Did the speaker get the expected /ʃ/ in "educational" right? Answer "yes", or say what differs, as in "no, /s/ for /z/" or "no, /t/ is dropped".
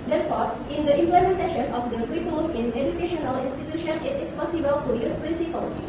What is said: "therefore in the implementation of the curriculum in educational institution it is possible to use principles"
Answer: yes